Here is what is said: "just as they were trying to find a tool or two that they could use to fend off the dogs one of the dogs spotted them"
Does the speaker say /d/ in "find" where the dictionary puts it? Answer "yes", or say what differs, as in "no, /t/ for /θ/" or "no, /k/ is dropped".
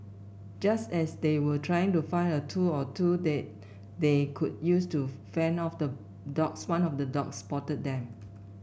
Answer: no, /d/ is dropped